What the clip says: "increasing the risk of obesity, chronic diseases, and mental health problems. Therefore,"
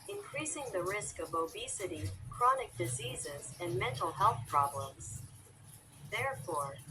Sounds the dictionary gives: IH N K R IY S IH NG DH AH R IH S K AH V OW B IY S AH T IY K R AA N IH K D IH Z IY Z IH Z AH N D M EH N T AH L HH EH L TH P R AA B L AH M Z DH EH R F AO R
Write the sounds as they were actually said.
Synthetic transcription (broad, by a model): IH N K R IY S IH NG DH AH R IH S K AH V OW B IY S AH T IY K R AA N IH K D IH Z IY Z IH Z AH N M EH N T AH L HH EH L TH P R AA B L AH M Z DH EH R F AO R